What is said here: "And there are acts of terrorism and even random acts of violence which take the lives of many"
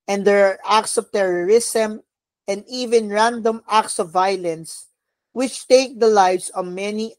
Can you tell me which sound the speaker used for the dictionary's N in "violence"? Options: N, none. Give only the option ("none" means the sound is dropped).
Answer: N